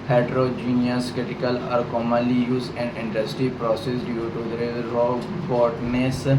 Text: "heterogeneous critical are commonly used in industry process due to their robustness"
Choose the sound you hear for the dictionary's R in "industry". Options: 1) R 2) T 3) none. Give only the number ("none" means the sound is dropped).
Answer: 3